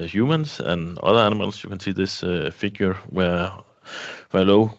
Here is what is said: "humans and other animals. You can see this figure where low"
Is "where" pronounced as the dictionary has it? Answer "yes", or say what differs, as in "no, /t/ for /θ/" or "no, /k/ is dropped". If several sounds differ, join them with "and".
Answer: no, /w/ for /ɹ/